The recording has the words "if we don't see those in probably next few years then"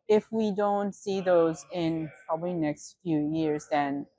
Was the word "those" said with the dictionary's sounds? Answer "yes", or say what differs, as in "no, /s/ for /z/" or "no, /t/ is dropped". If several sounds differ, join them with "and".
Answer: yes